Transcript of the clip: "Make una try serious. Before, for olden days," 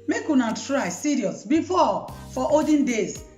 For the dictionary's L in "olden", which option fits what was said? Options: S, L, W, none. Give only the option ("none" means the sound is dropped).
none